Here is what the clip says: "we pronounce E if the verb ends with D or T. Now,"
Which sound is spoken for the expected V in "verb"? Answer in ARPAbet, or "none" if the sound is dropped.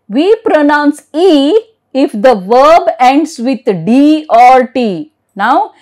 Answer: V